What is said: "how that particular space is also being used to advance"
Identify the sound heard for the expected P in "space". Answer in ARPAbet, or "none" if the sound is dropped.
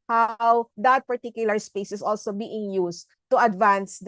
P